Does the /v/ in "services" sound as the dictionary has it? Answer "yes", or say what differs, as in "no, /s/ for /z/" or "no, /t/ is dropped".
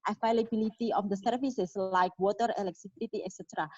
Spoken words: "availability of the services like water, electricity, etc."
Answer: no, /f/ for /v/